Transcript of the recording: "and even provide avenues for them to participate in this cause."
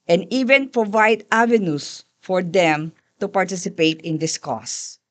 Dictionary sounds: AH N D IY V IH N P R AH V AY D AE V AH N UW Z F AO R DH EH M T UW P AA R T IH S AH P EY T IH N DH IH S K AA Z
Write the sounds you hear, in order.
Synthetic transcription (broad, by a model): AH N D IY V IH N P R AH V AY D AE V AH N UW S F AO R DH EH M T UW P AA R T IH S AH P EY T IH N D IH S K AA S